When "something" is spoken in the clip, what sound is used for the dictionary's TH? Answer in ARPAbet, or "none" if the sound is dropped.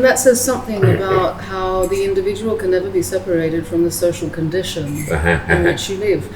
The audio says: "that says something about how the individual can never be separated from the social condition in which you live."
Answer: TH